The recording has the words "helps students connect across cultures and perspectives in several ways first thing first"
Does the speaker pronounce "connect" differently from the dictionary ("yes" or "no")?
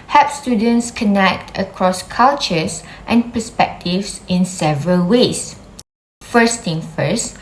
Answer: no